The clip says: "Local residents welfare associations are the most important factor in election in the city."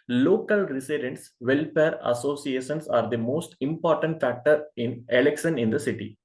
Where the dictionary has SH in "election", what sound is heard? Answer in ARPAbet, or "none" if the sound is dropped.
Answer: S